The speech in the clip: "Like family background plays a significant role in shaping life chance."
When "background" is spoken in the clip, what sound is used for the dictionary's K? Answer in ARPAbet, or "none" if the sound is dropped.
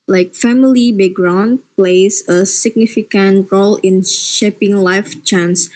none